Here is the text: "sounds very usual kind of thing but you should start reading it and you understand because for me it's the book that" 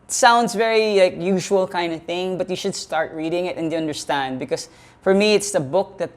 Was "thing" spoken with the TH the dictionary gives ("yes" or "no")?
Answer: yes